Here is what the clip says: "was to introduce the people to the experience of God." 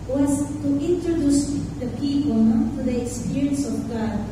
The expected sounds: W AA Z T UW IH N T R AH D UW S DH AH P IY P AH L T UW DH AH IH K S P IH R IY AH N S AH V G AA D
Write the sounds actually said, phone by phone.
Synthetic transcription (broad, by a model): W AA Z T UW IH N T R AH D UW S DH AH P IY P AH N T UW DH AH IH K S P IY R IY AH N S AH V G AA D